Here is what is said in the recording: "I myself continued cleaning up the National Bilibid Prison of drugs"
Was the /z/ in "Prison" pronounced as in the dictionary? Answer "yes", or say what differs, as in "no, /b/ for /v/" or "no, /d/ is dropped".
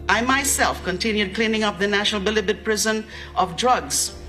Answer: yes